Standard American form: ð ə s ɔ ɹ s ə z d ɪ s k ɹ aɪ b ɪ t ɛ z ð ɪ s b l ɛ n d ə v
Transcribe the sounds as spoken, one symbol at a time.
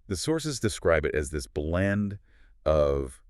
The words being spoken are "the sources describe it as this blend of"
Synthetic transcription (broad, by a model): ð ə s ɔ ɹ s ə z d ɪ s k ɹ aɪ b ɪ t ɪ z ð ɪ s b l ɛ n d ə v